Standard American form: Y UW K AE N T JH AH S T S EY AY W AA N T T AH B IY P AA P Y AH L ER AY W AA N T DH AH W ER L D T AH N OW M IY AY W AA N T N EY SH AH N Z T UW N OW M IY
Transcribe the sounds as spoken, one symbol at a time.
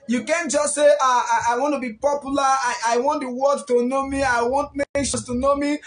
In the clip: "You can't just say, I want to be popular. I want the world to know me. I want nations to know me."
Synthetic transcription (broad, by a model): Y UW K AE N JH AH S T S EY AY W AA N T T AH B IY P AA P Y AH L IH AY W AA N T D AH W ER D T AH N OW M IY AY W AA N T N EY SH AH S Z T UW N OW M IY